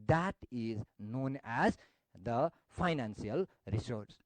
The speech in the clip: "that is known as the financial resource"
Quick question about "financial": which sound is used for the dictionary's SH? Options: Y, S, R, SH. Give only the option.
S